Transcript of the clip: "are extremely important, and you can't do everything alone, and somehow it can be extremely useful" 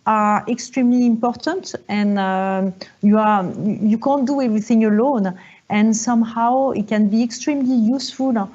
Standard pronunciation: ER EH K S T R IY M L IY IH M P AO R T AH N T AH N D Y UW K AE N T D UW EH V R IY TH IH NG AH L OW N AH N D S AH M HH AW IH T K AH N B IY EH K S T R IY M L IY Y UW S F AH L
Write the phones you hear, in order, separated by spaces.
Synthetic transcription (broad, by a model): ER EH K S T R IY M L IY IH M P AO R T AH N T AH N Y Y UW K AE N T D UW EH V R IY TH IH NG AH L OW N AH N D S AH M HH AW IH T K AH N B IY EH K S T R IY M L IY Y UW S F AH L